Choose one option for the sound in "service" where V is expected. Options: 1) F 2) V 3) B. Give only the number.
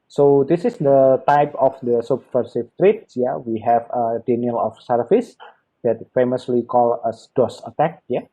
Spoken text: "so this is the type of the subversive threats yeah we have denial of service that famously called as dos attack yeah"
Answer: 1